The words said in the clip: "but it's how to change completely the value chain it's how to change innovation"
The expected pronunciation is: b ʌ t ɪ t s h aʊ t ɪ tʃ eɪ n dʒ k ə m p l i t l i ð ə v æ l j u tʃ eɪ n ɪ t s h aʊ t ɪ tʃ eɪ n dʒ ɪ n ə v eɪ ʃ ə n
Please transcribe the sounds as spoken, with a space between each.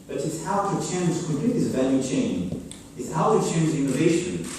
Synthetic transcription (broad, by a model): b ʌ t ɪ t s h aʊ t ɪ tʃ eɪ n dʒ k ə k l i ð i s v æ l j u tʃ eɪ n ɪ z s h aʊ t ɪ tʃ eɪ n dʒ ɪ n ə v eɪ ʃ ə n